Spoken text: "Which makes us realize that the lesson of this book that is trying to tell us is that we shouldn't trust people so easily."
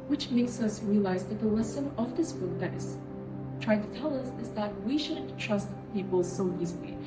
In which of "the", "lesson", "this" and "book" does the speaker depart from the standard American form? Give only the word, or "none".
lesson